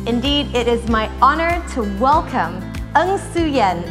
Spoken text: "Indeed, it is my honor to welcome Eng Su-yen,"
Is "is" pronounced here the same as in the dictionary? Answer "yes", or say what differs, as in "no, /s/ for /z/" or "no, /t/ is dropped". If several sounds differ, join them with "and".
yes